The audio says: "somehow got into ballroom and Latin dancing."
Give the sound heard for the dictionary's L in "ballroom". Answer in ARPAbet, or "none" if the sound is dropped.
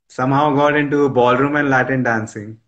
L